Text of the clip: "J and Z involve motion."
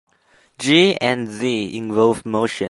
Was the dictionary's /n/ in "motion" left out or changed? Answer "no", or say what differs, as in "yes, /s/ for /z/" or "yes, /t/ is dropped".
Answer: yes, /n/ is dropped